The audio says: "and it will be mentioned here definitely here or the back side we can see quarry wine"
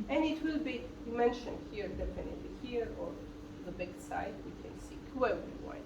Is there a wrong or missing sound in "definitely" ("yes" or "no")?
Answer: yes